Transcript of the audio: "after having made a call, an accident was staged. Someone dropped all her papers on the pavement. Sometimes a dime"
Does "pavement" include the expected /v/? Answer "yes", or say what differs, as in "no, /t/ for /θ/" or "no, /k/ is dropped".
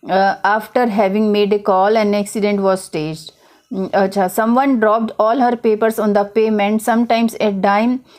no, /v/ is dropped